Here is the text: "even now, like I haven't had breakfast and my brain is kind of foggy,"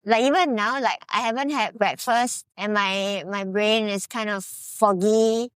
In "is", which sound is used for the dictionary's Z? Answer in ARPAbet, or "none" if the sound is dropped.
S